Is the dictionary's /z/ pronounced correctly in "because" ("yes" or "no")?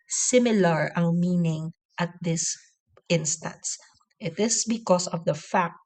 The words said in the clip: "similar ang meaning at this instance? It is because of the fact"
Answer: no